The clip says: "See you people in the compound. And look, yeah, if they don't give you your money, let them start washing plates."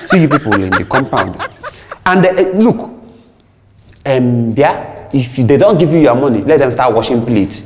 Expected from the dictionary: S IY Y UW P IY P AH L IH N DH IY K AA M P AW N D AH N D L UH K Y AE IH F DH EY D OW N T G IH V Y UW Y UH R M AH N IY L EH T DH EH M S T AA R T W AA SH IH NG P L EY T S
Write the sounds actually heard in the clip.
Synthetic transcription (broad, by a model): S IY Y UW P IY P AH L IH N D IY K AA M P AW N D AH N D L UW K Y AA IH F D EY D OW N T G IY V Y UW Y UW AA M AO N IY L EH T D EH M S T AA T W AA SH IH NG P L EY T